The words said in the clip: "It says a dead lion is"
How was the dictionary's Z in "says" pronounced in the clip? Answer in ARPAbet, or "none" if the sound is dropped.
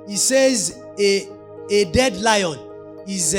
Z